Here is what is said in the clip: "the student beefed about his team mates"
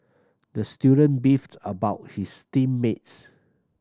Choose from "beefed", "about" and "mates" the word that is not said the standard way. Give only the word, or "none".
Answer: none